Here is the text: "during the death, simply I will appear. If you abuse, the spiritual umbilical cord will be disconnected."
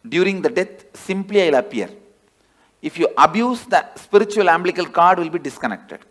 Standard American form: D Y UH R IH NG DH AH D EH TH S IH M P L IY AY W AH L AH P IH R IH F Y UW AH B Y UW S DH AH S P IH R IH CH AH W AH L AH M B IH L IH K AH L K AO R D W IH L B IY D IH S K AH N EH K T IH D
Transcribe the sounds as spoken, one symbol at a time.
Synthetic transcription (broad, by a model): D Y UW R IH NG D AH D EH T S IH M P L IY AY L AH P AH AH R IH F Y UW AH B Y UW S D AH S P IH R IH CH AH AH L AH M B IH L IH K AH L K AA R D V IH L B IY D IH S K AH N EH K T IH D